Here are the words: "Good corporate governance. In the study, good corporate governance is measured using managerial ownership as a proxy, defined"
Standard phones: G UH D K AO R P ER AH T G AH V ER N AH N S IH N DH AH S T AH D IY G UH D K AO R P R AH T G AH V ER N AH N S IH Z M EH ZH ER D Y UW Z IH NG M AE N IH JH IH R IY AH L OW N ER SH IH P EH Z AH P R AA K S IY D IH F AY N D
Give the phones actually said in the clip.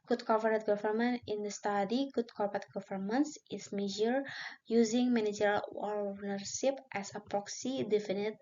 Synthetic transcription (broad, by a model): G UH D K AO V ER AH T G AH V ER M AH N IH N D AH S T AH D IY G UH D K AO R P AH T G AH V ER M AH N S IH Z M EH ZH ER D Y UW Z IH NG M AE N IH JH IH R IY L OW N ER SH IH P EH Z AH P R AA K S IY D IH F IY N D